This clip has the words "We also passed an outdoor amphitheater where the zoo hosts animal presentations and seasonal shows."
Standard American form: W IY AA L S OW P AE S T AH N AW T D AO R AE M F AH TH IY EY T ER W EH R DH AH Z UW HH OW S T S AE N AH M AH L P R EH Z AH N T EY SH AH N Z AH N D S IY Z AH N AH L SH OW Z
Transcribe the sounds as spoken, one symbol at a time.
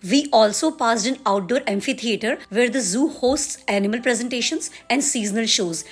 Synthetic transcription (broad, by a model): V IY AA L S OW P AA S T AH N AW T D AO R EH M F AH T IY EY T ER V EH R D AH Z UW HH OW S T S AE N AH M AH L P R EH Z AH N T EY SH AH N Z AH N D S IY Z AH N AH L SH OW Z